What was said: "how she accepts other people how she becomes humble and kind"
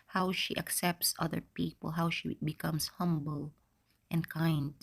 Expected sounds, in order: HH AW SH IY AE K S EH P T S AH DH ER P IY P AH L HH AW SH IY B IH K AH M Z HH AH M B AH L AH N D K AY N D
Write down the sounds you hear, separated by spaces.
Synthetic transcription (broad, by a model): HH AW SH IY AE K S EH P T S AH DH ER P IY P AH L HH AW SH IY B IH K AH M S HH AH M B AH L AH N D K AY N D